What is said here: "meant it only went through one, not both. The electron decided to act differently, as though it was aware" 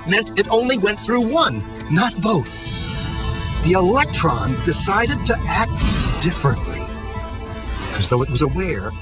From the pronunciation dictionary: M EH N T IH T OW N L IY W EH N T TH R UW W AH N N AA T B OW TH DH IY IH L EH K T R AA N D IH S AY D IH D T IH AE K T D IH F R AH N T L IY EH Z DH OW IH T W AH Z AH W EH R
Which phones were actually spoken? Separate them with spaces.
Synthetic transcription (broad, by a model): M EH N T IH T OW N L IY W EH N T TH R UW W AH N N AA T B OW TH DH IY IH L EH K T R AA N D IH S AY D IH D T IH AE K T D IH F R AH N T L IY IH Z DH OW IH T W AH Z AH W EH R